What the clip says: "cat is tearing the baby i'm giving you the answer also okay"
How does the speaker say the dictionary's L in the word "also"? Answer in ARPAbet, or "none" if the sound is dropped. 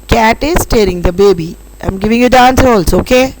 L